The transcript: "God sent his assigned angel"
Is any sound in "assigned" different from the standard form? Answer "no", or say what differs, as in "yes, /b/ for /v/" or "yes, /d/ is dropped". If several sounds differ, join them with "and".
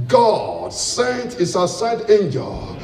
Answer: yes, /n/ is dropped